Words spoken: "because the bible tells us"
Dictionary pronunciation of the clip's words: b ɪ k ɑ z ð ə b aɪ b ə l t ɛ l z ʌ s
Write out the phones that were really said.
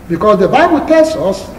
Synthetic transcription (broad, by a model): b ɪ k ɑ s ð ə b aɪ b ə l t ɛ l s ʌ s